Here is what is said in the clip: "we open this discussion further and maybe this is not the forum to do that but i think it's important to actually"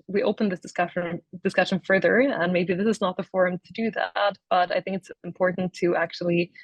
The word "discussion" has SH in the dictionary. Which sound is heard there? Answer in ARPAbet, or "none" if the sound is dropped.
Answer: SH